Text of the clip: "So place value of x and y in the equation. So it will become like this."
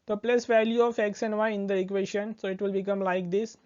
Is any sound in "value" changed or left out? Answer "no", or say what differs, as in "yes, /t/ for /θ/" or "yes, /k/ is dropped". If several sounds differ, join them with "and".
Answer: no